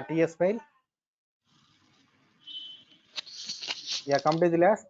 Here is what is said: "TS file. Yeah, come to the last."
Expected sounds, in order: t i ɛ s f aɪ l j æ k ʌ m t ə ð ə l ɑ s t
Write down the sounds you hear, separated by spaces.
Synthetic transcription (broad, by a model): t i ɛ s p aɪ l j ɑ k ʌ m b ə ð l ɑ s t